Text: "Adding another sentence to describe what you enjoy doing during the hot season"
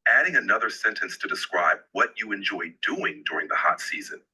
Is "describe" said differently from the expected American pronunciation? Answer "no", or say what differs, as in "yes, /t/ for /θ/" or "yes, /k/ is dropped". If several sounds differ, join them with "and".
no